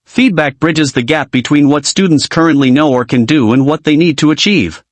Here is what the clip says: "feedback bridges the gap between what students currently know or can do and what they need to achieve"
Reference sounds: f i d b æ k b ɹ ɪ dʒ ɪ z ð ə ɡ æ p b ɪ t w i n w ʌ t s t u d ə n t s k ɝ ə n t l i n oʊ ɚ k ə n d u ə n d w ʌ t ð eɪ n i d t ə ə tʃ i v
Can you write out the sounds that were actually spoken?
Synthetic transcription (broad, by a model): f i d b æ k b ɹ ɪ dʒ ɪ z ð ə ɡ æ p b ɪ t w i n w ʌ t s t u d n t s k ɝ ə n t l i n oʊ ɚ k ə n d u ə n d w ʌ t ð eɪ n i d t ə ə tʃ i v